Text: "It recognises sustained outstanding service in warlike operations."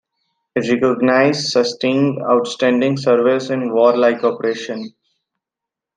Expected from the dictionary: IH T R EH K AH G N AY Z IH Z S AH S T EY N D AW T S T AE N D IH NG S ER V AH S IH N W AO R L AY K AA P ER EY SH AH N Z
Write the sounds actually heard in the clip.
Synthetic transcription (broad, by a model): IH T R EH K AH G N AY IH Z S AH S T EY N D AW T S T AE N D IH NG S ER V AH S IH N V AO R L AY K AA P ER EY SH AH N